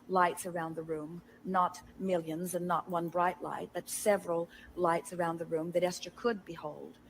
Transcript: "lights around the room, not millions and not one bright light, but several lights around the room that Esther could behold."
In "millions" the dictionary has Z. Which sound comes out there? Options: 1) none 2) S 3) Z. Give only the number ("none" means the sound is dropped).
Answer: 3